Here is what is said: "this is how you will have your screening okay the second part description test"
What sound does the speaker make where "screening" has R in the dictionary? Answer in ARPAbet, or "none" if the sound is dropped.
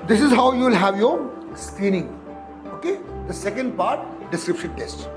R